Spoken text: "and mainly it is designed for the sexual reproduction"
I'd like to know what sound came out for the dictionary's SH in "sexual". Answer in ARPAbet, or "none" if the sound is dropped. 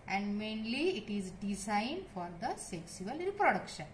S